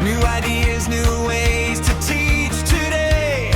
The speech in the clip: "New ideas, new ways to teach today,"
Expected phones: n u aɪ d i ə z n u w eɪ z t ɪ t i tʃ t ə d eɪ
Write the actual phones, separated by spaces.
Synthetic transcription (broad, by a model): n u aɪ d i ə z n u w eɪ z t ɪ t i tʃ t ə d eɪ